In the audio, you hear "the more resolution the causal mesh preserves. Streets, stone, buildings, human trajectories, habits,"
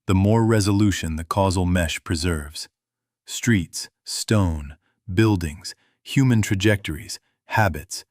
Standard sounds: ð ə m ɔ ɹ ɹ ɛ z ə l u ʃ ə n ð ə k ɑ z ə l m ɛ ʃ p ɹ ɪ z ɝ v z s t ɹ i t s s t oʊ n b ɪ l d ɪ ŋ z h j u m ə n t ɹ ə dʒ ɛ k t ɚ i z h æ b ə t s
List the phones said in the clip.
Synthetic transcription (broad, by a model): ð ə m ɔ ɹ ɹ ɛ z ə l u ʃ ə n ð ə k ɑ z l m ɛ ʃ p ɹ ɪ z ɝ v z s t ɹ i t s s t oʊ n b ɪ l d ɪ ŋ z h j u m ə n t ɹ ə dʒ ɛ k t ɚ i z h æ b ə t s